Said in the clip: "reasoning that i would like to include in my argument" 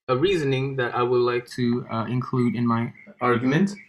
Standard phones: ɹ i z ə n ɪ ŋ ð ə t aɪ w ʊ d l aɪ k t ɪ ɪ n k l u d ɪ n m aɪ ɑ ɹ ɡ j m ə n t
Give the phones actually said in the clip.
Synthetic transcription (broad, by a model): ɹ i z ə n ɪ ŋ ð ə t aɪ w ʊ d l aɪ k t ɪ ɪ n k l u d ɪ n m aɪ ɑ ɹ ɡ j m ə n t